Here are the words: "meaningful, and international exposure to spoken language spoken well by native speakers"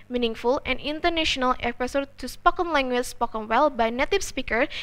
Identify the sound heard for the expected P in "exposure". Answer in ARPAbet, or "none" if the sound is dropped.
none